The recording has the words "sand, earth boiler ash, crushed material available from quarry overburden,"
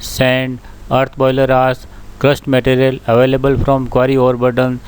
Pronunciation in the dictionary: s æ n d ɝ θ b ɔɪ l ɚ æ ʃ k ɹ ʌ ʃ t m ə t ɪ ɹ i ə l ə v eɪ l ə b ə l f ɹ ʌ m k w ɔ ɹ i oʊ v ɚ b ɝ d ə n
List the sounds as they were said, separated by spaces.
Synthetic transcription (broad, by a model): s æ n d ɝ t b ɔɪ l ɚ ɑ s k ɹ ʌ s t m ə t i ɹ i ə l ə v eɪ l ə b ə l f ɹ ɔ m k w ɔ ɹ i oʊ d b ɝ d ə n